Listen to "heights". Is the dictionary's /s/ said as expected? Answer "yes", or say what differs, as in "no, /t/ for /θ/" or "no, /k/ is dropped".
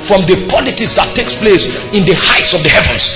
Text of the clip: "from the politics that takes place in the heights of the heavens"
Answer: yes